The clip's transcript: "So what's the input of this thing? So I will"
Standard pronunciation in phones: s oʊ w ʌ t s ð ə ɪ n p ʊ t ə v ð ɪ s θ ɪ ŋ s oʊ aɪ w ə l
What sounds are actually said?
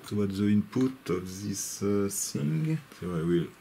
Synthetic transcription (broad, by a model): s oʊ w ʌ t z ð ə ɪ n p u t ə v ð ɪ s s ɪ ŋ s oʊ aɪ w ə l